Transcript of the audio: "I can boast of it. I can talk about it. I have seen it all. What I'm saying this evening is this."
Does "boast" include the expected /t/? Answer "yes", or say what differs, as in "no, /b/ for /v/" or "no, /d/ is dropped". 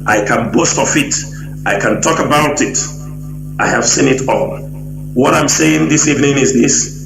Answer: yes